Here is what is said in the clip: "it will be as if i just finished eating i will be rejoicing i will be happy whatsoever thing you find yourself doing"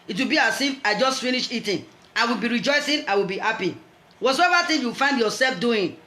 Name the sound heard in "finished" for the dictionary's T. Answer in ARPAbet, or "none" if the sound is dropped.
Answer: none